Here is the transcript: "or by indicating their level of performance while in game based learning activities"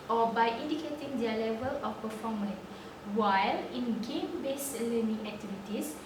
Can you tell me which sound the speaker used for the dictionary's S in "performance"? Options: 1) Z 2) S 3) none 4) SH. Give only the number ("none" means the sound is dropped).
3